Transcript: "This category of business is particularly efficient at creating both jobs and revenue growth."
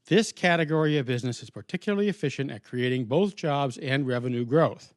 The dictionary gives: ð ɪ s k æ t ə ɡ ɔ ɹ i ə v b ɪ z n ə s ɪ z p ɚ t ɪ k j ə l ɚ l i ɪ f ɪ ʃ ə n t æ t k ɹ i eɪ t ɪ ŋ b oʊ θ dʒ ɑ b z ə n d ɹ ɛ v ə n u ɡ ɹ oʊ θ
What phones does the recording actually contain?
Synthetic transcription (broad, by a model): ð ɪ s k æ t ə ɡ ɔ ɹ i ə v b ɪ z n ə s ɪ z p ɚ t ɪ k j l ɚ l i ɪ f ɪ ʃ ə n t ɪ t k ɹ i eɪ t ɪ ŋ b oʊ θ dʒ ɑ b z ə n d ɹ ɛ v ə n u ɡ ɹ oʊ θ